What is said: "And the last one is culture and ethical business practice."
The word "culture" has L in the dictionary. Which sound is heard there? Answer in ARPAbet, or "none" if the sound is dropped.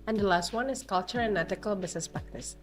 L